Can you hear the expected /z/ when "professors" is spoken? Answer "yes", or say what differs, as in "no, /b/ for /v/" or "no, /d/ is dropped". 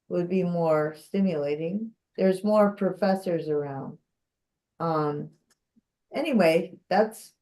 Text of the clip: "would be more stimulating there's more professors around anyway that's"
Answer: yes